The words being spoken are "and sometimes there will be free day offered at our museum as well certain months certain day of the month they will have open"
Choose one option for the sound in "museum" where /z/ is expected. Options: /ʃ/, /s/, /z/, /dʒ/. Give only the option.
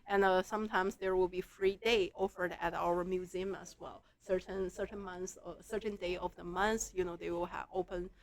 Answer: /z/